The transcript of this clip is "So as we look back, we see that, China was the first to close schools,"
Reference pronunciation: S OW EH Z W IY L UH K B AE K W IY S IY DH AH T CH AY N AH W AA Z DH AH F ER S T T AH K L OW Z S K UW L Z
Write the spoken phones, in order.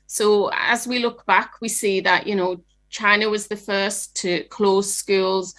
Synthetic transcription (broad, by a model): S OW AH Z W IY L UH K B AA K W IY S IY DH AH T CH AY N AH W AA Z DH AH F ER S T T AH K L OW Z S K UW L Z